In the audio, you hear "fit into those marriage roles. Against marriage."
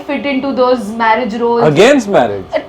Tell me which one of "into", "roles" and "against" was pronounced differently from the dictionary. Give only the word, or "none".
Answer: roles